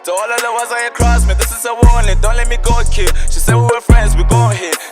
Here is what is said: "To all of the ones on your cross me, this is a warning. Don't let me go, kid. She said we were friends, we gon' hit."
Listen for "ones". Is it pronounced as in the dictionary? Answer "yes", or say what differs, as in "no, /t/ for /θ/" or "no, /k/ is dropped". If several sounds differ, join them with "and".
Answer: no, /n/ is dropped